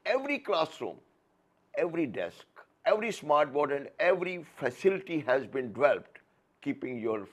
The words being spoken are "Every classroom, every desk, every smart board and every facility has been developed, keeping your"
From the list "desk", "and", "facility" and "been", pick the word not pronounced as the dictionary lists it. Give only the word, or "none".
none